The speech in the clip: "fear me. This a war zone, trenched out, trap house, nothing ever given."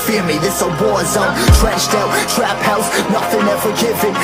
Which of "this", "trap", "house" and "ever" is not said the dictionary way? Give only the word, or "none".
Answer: ever